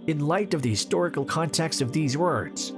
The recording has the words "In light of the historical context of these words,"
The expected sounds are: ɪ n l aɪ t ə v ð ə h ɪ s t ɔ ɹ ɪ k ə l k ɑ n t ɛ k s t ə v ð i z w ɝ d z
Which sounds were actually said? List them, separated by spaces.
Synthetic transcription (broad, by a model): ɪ n l aɪ t ə v ð ə h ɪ s t ɔ ɹ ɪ k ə l k ɑ n t ɛ k s t ə v ð i z w ɝ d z